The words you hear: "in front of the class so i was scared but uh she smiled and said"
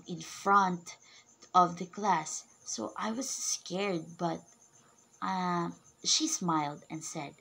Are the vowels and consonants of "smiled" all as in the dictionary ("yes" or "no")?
yes